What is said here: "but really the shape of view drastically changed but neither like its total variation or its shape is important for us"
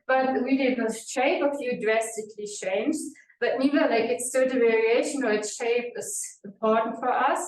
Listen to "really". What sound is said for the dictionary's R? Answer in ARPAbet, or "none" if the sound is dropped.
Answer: W